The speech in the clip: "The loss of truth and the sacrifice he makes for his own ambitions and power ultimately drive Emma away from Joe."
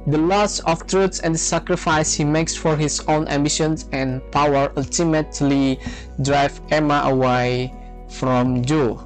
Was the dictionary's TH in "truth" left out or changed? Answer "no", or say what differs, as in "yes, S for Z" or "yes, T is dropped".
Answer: yes, S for TH